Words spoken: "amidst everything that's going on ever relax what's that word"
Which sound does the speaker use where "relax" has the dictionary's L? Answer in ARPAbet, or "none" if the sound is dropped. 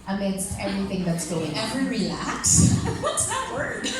none